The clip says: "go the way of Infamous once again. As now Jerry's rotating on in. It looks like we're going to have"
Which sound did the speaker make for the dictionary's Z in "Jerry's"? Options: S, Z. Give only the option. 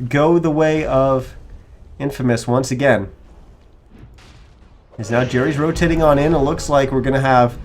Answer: Z